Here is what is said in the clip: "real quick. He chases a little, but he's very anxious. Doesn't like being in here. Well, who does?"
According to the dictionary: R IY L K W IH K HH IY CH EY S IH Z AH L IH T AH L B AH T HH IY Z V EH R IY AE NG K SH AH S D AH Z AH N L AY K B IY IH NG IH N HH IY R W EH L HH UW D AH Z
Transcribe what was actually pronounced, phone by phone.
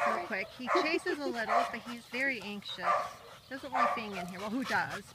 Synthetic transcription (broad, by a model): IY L K W IH K HH IY CH EY S IH Z AH L IH T L B AH T HH IY Z V EH R IY AE NG K SH AH S D AH Z AH N W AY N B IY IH NG IH N HH IY R W EH L HH UW D AH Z